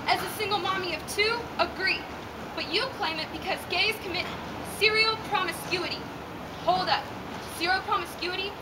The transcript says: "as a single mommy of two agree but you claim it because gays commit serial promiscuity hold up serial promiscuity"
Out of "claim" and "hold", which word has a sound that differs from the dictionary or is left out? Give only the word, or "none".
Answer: none